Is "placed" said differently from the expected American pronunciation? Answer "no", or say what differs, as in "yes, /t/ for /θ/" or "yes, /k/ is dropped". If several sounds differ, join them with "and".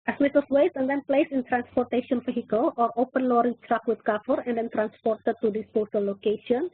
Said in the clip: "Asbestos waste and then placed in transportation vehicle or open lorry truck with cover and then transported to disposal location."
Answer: yes, /t/ is dropped